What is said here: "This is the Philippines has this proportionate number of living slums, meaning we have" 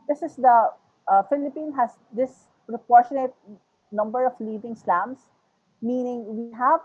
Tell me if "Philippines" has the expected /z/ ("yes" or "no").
no